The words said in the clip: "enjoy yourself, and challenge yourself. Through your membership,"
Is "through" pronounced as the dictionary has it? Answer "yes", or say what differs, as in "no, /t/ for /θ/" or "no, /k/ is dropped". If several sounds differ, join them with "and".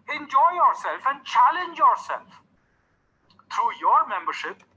no, /t/ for /θ/